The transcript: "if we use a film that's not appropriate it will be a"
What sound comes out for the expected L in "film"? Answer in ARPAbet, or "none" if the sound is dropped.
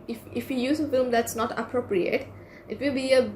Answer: L